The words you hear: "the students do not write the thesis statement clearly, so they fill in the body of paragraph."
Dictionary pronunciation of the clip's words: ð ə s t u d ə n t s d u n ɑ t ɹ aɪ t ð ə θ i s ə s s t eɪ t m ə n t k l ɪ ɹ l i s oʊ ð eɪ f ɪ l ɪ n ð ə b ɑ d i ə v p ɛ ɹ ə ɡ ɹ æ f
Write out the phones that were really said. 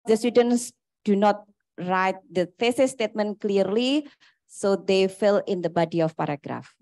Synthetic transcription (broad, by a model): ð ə s t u d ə n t s d u n ɑ t ɹ aɪ t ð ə f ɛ s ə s s t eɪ t m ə n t k l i ɹ l i s oʊ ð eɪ f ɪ l ɪ n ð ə b ɑ d i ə f p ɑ ɹ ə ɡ ɹ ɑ f